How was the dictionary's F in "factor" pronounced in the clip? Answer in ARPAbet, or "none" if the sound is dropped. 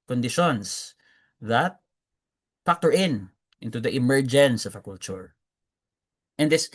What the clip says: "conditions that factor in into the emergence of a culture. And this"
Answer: P